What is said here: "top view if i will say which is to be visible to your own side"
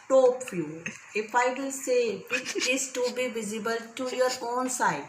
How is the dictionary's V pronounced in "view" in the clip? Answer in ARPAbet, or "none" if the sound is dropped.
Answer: F